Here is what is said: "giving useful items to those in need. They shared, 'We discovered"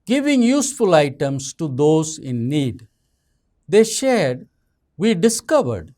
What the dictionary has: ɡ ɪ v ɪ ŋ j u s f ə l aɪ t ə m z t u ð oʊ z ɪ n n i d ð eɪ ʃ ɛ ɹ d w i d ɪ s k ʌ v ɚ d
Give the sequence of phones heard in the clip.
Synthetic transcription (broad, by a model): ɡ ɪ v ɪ ŋ j u s f ə l aɪ t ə m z t u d oʊ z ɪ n n i d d eɪ ʃ ɛ ɹ d w i d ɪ s k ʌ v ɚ d